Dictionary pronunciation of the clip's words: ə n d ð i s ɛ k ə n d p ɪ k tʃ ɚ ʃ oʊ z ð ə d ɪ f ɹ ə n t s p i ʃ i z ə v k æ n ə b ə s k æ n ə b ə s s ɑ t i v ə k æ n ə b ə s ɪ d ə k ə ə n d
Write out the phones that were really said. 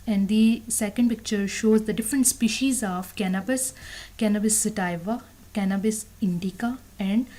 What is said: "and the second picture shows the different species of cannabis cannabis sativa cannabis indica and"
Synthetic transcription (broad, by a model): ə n d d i s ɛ k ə n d p ɪ k tʃ ɚ ʃ oʊ z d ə d ɪ f ɹ ə n t s p i ʃ i z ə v k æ n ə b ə s k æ n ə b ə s s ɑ t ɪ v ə k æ n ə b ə s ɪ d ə k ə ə n d